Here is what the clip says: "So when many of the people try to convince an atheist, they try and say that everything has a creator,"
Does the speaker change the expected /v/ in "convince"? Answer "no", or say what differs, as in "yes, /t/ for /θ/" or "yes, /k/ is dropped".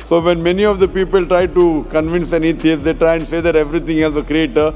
no